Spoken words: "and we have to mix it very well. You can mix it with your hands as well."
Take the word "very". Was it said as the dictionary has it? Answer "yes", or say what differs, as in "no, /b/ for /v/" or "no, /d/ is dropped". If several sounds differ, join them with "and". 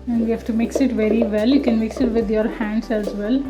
yes